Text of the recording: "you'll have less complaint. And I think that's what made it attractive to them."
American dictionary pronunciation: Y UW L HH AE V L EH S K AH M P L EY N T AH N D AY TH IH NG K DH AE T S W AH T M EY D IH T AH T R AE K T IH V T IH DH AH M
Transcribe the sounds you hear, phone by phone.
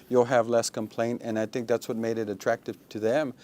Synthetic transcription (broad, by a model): Y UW L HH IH V L EH S K AH M P L EY N T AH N AY TH IH NG K DH AE T S W AH T M EY D IH T AH T R AE K T IH V T IH DH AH M